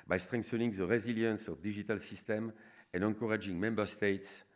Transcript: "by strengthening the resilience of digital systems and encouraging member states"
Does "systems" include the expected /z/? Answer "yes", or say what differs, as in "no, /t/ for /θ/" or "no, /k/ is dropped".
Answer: no, /z/ is dropped